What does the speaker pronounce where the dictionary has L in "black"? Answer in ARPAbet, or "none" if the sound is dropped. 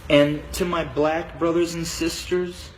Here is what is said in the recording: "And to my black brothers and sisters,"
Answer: L